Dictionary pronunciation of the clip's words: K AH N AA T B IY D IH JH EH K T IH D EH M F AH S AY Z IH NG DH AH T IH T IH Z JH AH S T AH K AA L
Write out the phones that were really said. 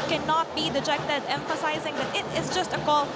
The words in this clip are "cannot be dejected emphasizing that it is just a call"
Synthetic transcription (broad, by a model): K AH N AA T B IY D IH JH EH K T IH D EH M F AH S AY Z IH NG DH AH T IH T IH Z JH AH S T AH K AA L